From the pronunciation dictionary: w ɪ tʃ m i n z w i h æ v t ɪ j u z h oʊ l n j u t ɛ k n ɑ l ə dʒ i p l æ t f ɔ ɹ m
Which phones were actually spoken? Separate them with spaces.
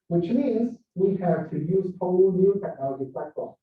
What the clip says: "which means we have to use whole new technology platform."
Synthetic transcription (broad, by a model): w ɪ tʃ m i z w i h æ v t ɪ j u z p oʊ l n j u t ɛ k n ɑ l ə dʒ i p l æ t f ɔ